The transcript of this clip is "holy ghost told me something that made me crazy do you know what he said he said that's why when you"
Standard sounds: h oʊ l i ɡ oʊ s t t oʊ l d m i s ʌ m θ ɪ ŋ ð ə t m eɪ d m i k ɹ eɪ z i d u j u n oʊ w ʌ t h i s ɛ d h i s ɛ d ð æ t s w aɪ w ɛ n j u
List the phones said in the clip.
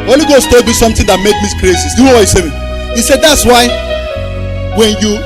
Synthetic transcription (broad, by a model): oʊ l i ɡ oʊ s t t oʊ l d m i s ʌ m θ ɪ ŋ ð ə t m eɪ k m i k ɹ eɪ s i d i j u n oʊ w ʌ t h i s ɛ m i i s ɛ d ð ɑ t s w aɪ w ɛ n j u